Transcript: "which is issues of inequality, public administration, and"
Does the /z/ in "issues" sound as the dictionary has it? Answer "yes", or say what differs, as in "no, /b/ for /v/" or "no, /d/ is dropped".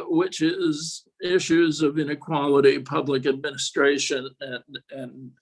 yes